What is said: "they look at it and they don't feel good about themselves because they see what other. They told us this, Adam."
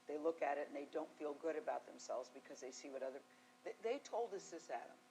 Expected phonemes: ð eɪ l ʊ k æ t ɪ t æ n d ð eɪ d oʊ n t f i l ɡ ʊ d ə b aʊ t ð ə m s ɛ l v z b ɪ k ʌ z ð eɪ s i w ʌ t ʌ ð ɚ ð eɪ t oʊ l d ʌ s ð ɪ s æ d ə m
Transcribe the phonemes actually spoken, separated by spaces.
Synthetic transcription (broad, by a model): ð eɪ l ʊ k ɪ t ɪ t n ð eɪ d oʊ n t f i l ɡ ʊ d ə b aʊ t ð ə m s ɛ l v z b ɪ k ʌ z ð eɪ s i w ʌ t ʌ ð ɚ ð eɪ t oʊ l d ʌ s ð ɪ s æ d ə m